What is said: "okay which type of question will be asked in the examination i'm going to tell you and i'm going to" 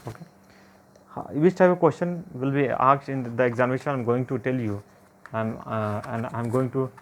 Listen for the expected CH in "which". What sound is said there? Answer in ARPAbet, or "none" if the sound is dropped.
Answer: S